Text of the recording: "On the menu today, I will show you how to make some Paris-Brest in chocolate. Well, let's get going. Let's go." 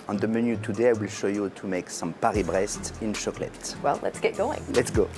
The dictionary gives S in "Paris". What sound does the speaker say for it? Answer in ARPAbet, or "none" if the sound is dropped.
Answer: none